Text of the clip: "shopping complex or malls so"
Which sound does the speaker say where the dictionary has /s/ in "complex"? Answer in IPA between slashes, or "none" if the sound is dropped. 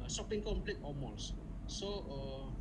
none